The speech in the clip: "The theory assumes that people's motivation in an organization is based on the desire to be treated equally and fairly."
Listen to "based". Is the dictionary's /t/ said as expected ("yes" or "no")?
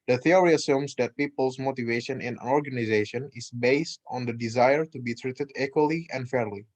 yes